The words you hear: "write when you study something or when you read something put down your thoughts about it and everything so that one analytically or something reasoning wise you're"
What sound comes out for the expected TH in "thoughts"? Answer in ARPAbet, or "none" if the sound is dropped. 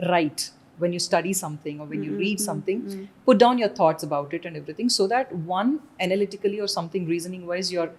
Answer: T